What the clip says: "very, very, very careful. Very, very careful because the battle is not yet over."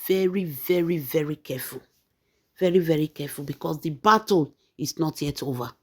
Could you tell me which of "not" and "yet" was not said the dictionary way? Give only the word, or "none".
none